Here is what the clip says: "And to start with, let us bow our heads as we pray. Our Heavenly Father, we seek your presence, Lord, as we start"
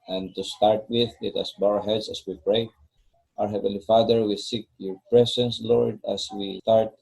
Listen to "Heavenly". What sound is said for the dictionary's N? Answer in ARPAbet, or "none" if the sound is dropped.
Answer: none